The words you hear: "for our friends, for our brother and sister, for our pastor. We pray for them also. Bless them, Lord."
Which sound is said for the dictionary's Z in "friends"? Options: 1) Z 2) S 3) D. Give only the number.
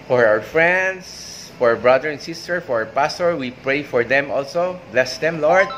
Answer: 2